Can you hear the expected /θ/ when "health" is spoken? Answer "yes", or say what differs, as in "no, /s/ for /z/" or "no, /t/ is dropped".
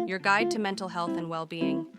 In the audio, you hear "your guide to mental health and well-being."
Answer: yes